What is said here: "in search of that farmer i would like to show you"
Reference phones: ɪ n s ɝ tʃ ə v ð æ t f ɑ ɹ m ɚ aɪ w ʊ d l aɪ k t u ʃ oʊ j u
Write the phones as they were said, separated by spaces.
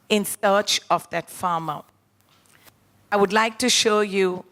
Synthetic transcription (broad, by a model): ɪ n s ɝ tʃ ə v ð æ t f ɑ m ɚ aɪ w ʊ d l aɪ k t u ʃ oʊ j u